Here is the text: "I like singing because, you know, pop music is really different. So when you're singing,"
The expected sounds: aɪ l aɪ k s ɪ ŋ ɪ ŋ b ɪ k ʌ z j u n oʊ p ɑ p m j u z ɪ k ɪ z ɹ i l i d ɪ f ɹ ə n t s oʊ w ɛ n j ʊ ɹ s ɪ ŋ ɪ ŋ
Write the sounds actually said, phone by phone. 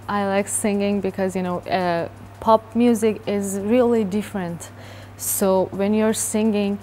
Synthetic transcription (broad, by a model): aɪ l aɪ k s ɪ ŋ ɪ ŋ b ɪ k ʌ z j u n oʊ p ɑ p m j u z ɪ k ɪ z ɹ i l i d ɪ f ɹ ə n t s oʊ w ɛ n j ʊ ɹ s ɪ ŋ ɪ ŋ